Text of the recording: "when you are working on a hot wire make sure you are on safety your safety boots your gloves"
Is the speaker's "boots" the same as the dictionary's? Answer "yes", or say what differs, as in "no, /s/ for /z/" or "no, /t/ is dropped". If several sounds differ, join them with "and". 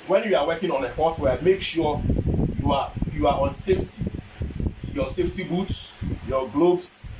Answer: yes